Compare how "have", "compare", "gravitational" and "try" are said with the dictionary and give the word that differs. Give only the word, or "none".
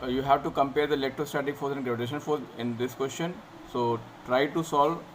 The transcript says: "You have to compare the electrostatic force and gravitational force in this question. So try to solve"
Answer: gravitational